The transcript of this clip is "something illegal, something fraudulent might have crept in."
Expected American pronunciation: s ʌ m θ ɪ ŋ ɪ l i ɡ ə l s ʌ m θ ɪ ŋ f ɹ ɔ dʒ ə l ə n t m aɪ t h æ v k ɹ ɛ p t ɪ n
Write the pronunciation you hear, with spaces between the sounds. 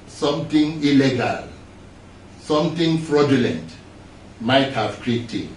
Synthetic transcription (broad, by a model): s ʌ m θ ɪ ŋ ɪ l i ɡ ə l s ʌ m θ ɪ ŋ f ɹ ɔ dʒ ə l ə n t m aɪ t h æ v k ɹ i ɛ t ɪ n